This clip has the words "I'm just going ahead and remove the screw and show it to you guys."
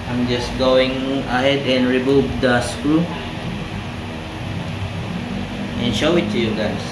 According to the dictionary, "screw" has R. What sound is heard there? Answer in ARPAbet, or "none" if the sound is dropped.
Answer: none